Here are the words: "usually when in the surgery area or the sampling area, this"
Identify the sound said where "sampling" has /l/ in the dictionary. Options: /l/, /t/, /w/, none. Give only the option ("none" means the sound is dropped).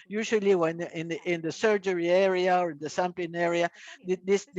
none